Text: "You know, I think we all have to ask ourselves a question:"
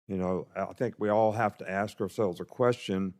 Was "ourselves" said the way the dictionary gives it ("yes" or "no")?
yes